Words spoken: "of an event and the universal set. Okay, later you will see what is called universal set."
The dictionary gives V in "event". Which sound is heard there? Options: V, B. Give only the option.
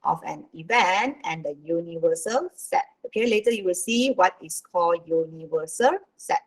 V